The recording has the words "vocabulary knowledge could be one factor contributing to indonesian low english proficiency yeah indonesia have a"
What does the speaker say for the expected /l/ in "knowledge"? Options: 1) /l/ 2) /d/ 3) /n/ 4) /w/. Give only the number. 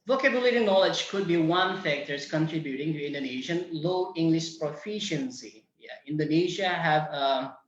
1